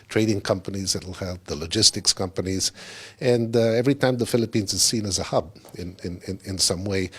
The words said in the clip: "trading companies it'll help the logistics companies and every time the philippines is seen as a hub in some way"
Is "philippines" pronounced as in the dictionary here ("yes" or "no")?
yes